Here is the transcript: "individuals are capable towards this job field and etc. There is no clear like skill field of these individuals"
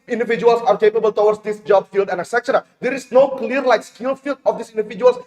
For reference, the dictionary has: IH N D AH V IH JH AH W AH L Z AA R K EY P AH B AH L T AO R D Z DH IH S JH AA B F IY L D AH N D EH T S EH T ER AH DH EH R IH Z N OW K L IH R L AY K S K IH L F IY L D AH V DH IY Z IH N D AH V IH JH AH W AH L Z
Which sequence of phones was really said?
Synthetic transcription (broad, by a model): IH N D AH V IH JH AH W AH L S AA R K EY P AH B AH L T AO W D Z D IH S JH AA B F IY L D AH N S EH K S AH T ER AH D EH R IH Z N OW K L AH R L AY K S K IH L F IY L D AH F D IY S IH N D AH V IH JH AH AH L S